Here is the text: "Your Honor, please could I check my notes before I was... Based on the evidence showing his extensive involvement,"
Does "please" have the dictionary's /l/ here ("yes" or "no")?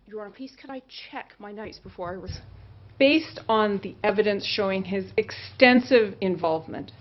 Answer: no